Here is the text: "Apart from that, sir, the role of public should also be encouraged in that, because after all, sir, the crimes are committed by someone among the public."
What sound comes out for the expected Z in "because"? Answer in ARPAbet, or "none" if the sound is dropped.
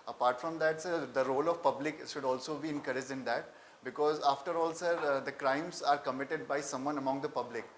Z